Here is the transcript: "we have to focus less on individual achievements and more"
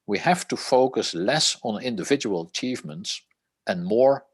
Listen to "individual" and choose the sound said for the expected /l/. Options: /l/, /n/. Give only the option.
/l/